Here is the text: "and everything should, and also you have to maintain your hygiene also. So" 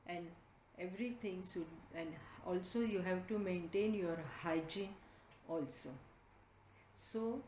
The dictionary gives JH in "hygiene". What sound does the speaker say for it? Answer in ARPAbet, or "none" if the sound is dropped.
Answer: JH